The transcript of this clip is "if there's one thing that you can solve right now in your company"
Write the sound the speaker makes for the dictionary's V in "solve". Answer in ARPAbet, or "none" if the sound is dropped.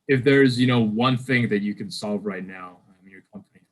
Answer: V